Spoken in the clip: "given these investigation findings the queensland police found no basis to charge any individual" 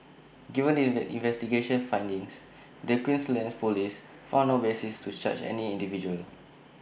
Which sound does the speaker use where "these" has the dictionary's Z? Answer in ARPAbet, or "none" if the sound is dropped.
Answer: none